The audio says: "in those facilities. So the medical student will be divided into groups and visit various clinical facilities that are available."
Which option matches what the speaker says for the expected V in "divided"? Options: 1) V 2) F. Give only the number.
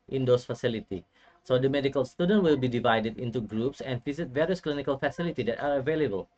1